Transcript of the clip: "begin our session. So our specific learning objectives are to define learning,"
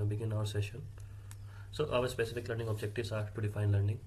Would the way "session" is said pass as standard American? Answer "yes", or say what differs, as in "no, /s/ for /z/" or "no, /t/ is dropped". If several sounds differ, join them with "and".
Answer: yes